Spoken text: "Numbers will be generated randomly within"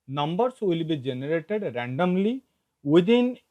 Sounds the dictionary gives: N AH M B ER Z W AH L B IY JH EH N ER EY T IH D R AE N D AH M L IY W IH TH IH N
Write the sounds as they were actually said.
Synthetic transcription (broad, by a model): N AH M B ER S W AH L B IY JH EH N ER EY T IH D R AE N D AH M L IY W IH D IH N